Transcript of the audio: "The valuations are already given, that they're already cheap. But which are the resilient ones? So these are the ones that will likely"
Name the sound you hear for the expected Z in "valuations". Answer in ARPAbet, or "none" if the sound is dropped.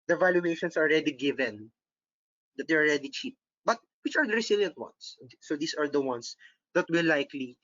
S